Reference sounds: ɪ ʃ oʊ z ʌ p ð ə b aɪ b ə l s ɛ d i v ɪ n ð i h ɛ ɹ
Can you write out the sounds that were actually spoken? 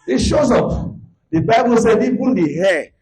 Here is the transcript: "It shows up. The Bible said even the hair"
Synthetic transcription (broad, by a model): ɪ ʃ oʊ z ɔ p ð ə b aɪ b ə l s ɛ d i b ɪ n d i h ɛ